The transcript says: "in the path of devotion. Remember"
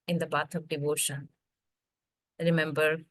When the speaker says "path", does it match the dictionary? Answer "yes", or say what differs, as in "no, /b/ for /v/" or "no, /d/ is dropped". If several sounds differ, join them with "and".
no, /b/ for /p/ and /t/ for /θ/